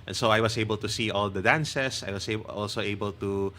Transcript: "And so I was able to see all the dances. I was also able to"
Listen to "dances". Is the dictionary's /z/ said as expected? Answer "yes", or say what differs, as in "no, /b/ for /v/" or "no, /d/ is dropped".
no, /s/ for /z/